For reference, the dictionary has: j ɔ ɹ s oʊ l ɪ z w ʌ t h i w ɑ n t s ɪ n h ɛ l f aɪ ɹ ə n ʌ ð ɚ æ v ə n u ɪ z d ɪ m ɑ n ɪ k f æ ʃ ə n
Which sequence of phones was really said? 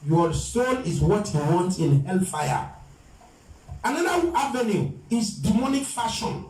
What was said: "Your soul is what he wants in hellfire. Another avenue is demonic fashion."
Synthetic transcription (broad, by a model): j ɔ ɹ s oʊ n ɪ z w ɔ t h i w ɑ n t ɪ n h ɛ l f aɪ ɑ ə n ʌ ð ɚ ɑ v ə n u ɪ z d ɪ m ɑ n ɪ k f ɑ ʃ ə n